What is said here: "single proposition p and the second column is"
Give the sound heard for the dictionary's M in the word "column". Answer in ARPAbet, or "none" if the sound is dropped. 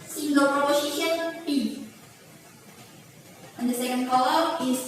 none